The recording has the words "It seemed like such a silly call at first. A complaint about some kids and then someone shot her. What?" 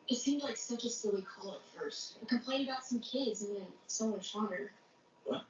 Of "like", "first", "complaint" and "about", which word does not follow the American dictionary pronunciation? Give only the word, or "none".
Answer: complaint